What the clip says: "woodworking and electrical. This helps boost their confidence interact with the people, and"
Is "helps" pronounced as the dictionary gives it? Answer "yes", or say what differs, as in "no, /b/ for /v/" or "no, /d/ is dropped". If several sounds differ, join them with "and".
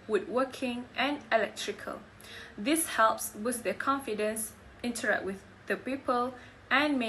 yes